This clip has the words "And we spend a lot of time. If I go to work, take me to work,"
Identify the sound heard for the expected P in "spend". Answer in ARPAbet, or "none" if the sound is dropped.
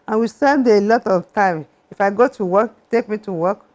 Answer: none